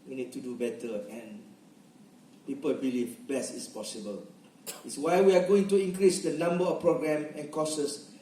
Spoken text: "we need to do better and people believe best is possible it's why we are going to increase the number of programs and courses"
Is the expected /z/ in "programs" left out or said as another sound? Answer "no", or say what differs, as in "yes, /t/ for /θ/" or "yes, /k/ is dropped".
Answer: yes, /z/ is dropped